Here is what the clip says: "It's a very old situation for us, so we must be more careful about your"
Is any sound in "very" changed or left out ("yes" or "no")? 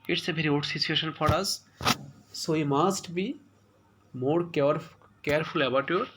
yes